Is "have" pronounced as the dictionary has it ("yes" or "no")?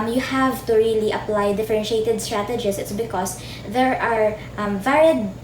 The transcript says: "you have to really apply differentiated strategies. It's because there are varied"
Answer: yes